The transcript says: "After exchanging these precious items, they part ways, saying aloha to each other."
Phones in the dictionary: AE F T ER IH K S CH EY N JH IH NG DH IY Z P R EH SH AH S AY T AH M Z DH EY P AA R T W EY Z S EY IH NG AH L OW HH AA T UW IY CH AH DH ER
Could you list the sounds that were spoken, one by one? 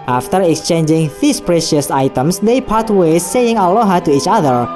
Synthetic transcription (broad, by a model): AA F T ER IH K S CH EY N JH IH NG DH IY S P R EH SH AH S AY T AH M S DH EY P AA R T W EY S EY IH NG AH L OW HH AA T UW IY CH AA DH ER